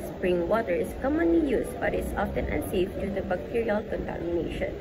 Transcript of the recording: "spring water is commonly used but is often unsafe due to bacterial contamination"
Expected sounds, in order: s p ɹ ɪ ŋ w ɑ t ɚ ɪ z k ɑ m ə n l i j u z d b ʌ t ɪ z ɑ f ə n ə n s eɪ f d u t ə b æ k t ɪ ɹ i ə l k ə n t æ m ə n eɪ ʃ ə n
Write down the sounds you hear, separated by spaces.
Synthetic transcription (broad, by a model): s p ɹ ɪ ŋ w ɑ t ɚ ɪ s k ɑ m ə n l i j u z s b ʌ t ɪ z ɑ f ə n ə s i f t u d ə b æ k t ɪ ɹ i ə l k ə n t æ m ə n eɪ ʃ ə n